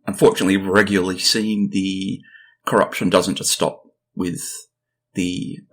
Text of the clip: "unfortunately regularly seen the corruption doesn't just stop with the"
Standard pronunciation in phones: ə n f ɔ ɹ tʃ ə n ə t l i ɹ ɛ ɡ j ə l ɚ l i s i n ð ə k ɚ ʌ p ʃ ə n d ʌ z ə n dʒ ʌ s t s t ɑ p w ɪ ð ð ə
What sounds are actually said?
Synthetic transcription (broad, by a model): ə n f ɔ ɹ tʃ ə n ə t l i ɹ ɛ ɡ j l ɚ l i s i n ð ə k ɚ ʌ p ʃ ə n d ʌ z ə n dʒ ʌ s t s t ɑ p w ɪ ð ð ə